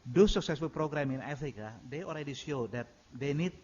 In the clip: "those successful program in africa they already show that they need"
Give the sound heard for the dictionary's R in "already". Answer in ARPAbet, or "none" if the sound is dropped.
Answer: L